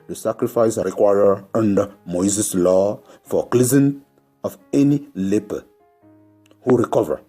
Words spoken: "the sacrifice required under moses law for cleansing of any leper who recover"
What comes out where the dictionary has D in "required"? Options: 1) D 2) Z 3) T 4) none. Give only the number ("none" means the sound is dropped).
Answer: 4